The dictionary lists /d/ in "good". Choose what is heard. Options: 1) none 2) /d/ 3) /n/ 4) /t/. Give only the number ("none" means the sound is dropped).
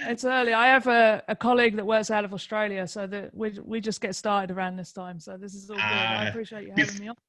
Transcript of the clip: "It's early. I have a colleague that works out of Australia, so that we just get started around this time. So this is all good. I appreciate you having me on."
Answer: 1